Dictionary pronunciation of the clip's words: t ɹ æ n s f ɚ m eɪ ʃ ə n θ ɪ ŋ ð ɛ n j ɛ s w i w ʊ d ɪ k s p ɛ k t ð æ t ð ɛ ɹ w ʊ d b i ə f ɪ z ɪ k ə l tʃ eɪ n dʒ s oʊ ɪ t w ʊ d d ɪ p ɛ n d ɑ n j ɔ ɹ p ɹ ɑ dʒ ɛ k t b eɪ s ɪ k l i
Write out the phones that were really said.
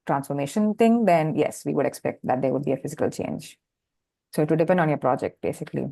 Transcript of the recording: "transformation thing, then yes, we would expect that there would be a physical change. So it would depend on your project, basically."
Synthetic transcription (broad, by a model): t ɹ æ n s f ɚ m eɪ ʃ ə n t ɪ ŋ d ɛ n j ɛ s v i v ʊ d ɪ k s p ɛ k t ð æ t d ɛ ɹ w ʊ d b i ə f ɪ z ɪ k ə l tʃ eɪ n dʒ s oʊ ɪ t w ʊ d d ɪ p ɛ n d ɑ n j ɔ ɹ p ɹ ɑ dʒ ɛ k t b eɪ s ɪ k l i